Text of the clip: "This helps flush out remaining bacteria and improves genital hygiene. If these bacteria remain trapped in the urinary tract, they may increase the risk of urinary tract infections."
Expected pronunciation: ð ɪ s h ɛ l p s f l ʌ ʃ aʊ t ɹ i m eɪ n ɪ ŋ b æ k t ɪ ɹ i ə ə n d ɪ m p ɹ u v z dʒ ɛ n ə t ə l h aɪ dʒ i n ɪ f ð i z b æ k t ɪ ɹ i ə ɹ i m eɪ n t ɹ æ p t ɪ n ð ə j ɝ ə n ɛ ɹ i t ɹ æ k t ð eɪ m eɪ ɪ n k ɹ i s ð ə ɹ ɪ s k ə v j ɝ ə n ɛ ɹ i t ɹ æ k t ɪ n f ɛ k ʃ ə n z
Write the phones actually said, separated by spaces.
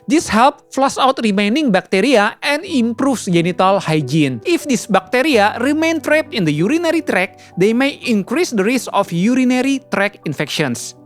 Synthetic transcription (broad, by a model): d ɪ s h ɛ l p f l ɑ s aʊ t ɹ i m eɪ n ɪ ŋ b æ k t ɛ ɹ i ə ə n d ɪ m p ɹ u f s dʒ ɛ n ə t ə l h aɪ dʒ i n ɪ f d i s b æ k t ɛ ɹ i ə ɹ i m eɪ n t ɹ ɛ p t ɪ n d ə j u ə n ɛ ɹ i t ɹ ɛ k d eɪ m eɪ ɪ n k ɹ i s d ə ɹ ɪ s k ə f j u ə n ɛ ɹ i t ɹ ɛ k ɪ n f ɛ k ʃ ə n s